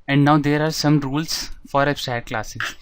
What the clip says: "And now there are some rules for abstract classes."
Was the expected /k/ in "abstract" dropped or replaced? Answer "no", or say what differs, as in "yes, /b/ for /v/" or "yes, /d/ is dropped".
yes, /k/ is dropped